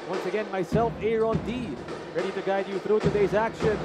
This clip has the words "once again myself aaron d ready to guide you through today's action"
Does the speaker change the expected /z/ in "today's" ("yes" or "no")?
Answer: no